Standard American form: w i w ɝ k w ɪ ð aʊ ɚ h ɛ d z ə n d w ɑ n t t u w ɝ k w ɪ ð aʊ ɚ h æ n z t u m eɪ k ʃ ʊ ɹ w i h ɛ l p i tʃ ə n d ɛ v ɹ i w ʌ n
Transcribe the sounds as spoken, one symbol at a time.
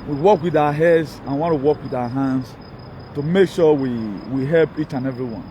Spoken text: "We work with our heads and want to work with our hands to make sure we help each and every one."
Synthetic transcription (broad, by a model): w i w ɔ k w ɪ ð aʊ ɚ h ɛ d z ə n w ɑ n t t u w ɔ k w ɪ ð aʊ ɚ h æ n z t u m eɪ k ʃ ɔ w w i h ɛ l p i tʃ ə n ɛ v ɹ i w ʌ n